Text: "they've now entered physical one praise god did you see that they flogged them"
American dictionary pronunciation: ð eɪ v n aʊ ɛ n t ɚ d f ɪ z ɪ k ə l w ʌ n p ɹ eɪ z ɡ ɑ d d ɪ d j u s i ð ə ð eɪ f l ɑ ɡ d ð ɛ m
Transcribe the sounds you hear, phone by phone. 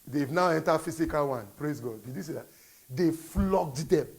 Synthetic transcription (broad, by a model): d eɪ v n aʊ ɛ n t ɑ f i s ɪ k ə l w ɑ n p ɹ eɪ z ɡ ɑ d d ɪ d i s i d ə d eɪ f l ɑ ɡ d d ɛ m